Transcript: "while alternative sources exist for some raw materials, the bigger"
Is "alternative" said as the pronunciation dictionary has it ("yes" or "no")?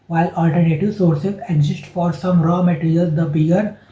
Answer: yes